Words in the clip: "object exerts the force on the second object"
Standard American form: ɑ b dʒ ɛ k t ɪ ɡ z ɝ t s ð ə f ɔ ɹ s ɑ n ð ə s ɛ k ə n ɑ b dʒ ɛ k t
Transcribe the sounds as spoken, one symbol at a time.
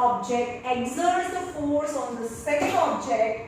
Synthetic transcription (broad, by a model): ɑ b dʒ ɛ k t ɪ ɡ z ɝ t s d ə f ɔ ɹ s ɑ n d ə s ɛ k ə l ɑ b dʒ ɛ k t